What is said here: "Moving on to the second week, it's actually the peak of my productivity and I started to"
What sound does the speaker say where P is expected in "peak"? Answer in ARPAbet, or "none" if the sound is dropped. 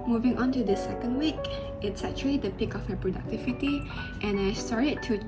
P